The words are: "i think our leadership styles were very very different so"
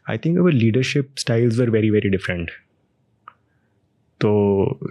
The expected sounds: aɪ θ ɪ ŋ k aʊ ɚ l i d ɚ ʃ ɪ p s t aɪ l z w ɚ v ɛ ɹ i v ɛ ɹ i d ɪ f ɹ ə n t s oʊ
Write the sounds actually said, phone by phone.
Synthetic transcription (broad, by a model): aɪ t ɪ ŋ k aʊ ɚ l i d ɚ ʃ ɪ p s t aɪ l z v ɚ v ɛ ɹ i v ɛ ɹ i d ɪ f ɹ ə n t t oʊ